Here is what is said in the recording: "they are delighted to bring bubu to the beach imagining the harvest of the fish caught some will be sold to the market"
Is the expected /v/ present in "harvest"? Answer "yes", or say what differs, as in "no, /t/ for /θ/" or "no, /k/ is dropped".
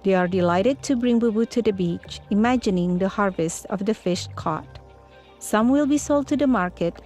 yes